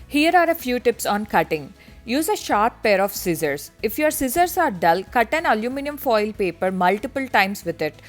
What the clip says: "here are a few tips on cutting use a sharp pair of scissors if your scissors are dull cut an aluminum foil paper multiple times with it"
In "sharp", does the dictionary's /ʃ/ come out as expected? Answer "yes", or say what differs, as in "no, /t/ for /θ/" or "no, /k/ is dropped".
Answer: yes